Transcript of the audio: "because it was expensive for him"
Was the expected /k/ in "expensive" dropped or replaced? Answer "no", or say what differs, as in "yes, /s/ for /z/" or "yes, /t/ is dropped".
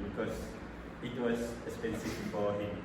yes, /k/ is dropped